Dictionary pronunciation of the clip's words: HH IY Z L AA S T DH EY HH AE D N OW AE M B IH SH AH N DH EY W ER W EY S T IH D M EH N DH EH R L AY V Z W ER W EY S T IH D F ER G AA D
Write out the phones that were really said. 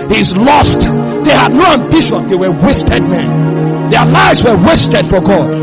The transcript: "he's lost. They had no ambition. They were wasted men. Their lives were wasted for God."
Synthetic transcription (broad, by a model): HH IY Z L AA S T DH EY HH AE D N OW AE M B IH SH AH N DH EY W ER W EY S T IH D M EH N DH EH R L AY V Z W ER W EY S T IH D F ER G AA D